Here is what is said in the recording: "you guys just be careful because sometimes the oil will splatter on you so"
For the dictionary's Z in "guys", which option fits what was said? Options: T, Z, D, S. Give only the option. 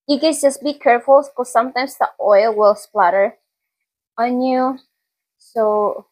S